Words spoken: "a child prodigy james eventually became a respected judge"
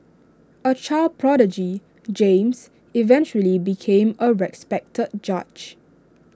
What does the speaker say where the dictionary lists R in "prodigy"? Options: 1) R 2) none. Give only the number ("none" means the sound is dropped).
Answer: 1